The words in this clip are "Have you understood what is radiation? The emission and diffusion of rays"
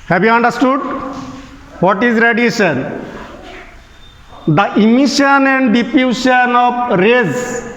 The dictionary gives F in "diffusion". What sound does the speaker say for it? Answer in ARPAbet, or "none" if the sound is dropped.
P